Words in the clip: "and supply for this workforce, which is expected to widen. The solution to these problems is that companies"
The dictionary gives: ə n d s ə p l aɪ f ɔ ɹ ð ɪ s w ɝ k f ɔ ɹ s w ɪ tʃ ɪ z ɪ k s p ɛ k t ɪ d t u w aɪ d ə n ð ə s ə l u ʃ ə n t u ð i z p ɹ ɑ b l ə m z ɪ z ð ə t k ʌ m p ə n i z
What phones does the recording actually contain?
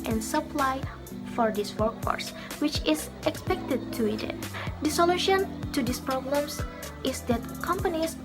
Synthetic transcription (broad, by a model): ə n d s ə p l aɪ f ɔ ɹ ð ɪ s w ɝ k f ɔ ɹ s w ɪ tʃ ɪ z ɪ k s p ɛ k t ɪ d t u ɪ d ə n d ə s ə l u ʃ ə n t u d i s p ɹ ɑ b l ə m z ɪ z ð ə t k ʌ m p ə n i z